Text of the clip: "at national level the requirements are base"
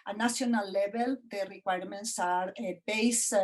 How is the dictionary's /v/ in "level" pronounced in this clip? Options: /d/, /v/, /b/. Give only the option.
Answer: /b/